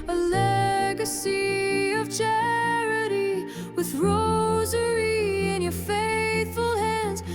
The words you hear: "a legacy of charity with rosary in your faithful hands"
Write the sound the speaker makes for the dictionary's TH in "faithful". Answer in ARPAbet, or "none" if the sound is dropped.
TH